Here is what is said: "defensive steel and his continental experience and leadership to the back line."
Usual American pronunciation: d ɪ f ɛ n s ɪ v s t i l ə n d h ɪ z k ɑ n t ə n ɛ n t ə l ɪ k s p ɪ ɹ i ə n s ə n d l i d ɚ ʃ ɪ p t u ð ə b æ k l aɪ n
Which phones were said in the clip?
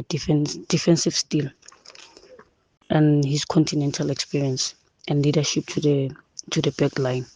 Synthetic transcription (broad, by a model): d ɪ f ɛ n s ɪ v s t i l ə n h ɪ s k ɑ n t ə n ɛ n t ə l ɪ k s p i ɹ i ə n s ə n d l i d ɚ ʃ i p t u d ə b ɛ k l aɪ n